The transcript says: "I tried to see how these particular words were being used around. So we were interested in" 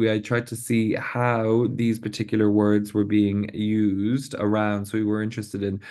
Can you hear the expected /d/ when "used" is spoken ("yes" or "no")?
yes